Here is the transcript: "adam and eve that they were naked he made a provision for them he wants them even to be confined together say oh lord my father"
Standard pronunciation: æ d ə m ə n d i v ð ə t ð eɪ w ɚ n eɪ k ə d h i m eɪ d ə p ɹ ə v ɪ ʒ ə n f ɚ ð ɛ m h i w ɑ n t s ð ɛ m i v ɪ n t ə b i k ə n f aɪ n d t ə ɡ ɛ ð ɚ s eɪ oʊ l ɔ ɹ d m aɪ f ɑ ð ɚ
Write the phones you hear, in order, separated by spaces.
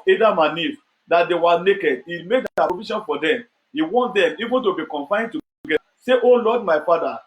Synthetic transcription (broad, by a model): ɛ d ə m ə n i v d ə t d eɪ w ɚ n eɪ k ə d h i m eɪ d ə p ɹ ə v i ʃ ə n f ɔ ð ɛ m h i w ɑ n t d ɛ m i v ɪ n t ə b i k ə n f aɪ n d t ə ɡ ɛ ɑ s eɪ oʊ l ɔ d m aɪ f ɑ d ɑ